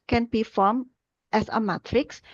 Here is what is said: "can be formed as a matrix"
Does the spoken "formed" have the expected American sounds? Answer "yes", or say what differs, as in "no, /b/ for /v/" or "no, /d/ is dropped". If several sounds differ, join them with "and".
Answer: no, /d/ is dropped